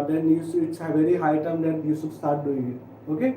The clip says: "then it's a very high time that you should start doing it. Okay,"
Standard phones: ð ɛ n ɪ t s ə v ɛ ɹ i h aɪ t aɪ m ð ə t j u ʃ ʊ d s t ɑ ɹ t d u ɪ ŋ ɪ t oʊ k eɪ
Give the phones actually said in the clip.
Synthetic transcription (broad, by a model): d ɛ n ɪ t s ə v ɛ ɹ i h aɪ t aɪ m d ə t j u s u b s t ɑ ɹ t d u ɪ ŋ ɪ t oʊ k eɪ